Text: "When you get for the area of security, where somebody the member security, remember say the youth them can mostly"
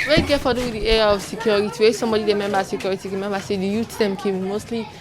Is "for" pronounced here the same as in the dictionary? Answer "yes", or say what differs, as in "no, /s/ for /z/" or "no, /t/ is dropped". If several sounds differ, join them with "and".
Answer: no, /w/ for /ɹ/